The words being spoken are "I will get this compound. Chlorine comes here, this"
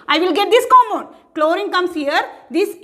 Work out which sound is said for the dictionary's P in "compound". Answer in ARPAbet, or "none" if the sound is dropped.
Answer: none